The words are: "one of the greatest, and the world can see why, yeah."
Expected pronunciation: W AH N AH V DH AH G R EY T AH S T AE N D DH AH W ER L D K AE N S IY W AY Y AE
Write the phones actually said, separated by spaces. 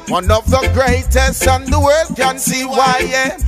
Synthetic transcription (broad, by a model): W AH N AH V DH AH G R EY T AH S T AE N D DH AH W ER D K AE N S IY W AY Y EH